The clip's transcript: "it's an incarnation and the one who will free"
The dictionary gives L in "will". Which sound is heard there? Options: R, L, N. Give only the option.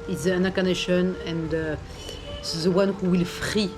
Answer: L